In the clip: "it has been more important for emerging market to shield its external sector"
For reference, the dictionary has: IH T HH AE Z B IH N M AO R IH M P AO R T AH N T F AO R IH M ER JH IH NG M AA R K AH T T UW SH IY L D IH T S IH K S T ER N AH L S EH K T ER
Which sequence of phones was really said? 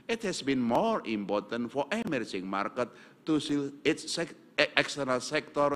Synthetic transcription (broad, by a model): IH T HH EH S B IH N M AO R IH M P AO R T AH N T F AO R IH M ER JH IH NG M AA R K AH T T UW S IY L IH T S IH K S T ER N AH L S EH K T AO